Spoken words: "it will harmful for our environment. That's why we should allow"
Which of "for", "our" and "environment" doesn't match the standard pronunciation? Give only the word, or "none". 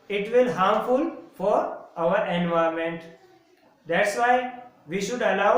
environment